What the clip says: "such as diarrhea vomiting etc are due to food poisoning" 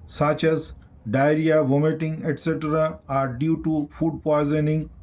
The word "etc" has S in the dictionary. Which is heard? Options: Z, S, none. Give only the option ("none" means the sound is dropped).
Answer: S